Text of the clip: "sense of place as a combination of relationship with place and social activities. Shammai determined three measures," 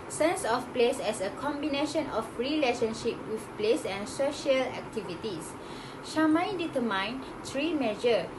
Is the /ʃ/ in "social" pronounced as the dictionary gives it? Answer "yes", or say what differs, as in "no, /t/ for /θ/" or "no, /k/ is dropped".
yes